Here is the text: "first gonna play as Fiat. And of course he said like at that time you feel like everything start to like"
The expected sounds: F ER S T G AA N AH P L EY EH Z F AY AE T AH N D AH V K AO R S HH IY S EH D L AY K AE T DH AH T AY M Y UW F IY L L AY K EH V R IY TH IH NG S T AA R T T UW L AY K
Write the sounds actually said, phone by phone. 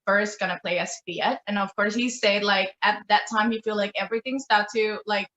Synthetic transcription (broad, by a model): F ER S T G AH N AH P L EY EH S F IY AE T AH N AH V K AO R S HH IY S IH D L AY K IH T DH AH T AY M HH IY F IY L L AY K EH V R IY TH IH NG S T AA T T UW L AY K